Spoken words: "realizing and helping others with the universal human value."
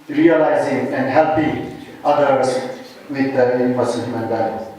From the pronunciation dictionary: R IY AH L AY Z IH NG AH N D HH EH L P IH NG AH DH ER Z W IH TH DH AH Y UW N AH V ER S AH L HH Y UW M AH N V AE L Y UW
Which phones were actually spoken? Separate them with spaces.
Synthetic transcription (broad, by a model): R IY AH L AY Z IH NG AH N D HH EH L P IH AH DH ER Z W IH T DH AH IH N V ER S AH N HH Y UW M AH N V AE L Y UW